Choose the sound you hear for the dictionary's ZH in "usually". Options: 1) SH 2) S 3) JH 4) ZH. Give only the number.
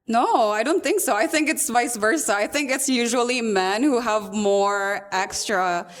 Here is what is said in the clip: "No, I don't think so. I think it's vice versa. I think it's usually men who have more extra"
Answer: 4